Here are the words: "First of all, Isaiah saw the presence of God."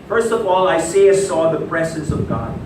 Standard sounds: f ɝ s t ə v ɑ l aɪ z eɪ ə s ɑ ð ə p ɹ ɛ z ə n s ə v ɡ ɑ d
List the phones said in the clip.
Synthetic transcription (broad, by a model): f ɝ s t ə v ɑ l aɪ s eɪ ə s ɑ ð ə p ɹ ɛ z ə n s ə v ɡ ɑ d